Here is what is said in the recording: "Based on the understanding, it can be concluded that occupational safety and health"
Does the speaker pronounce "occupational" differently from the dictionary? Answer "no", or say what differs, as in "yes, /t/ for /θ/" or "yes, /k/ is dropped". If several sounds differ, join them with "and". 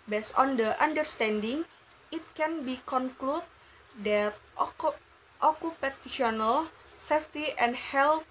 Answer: yes, /ʃ/ is dropped